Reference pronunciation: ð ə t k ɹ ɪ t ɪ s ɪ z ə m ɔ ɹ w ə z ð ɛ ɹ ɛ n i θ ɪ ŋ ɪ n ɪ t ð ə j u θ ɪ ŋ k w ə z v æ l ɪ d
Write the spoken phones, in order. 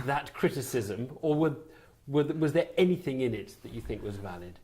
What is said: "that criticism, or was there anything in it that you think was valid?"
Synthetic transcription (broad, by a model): ð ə t k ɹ ɪ t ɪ s ɪ z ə m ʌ w w ə z ð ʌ ɹ ɛ n i θ ɪ ŋ ɪ n ɪ t ð ə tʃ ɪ θ ɪ ŋ k w ə z v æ l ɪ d